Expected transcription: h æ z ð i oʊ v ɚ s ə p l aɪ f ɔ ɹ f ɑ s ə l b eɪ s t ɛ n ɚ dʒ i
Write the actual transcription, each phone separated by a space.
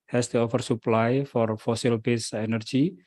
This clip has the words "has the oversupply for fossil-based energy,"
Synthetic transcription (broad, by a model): h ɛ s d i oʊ f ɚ s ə p l aɪ f ɔ ɹ f ɑ s ə l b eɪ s ɛ n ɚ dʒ i